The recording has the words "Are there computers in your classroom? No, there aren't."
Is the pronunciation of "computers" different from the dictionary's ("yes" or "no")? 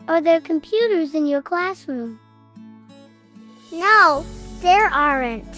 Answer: no